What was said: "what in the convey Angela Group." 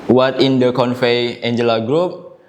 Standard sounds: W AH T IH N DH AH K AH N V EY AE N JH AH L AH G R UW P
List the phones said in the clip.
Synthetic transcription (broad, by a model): W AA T IH N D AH K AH N F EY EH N JH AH L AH G R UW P